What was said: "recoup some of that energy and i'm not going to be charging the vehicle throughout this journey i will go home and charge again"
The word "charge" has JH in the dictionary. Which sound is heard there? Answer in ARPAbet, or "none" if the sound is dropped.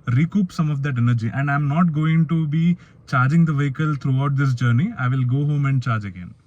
JH